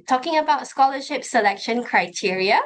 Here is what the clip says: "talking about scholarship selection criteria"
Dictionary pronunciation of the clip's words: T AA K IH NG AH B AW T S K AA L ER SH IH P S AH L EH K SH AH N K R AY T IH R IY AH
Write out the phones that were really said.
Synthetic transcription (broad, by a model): T AA K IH NG AH B AW T S K AA L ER SH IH P S AH L EH K SH AH N K R AY T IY R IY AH